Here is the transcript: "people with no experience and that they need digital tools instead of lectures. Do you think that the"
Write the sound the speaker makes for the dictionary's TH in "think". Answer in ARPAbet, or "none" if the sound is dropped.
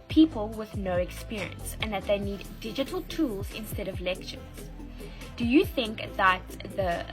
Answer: TH